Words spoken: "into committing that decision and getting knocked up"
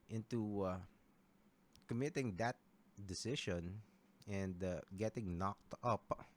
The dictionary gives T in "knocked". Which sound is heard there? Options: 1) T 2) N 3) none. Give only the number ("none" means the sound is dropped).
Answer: 1